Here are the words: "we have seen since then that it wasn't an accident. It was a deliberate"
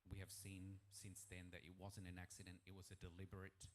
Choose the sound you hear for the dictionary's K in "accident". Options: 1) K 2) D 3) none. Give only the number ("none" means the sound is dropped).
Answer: 1